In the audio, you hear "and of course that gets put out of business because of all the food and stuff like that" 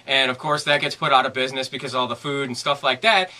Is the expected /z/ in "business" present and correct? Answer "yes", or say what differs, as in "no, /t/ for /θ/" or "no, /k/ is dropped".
yes